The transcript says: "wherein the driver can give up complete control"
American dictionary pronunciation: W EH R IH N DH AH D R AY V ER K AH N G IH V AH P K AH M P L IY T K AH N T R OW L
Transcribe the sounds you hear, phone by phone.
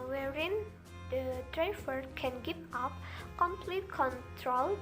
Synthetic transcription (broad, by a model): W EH R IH N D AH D R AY F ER K AH N G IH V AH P K AH M P L IY T K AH N T R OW L